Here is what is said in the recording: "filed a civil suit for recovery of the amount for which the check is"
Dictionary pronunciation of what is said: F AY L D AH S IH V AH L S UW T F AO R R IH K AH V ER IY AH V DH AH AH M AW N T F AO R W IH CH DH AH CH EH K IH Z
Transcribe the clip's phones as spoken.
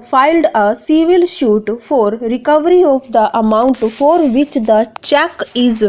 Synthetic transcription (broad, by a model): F AY L D AH S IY V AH L SH UW T F AO R R IH K AH V ER IY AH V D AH AH M AW N T F AO R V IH CH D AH CH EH K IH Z